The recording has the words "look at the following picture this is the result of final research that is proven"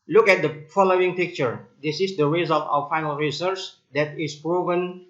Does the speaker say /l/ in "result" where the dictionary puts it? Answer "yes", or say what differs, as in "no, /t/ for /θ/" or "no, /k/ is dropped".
yes